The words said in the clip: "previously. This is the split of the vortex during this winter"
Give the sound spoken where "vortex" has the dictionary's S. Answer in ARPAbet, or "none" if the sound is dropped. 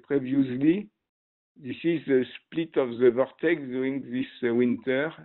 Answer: none